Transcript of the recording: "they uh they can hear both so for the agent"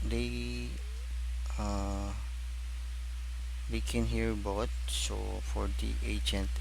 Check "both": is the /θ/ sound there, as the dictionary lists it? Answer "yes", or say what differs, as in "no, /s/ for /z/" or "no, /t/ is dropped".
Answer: no, /t/ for /θ/